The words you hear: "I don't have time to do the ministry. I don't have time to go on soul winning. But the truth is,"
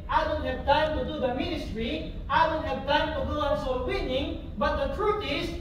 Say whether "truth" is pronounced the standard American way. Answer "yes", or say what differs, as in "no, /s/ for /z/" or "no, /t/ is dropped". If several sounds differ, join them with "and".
no, /t/ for /θ/